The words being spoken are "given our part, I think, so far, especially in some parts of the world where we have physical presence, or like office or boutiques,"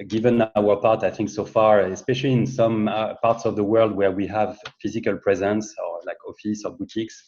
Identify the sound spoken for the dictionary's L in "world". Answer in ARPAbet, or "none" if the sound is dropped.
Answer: L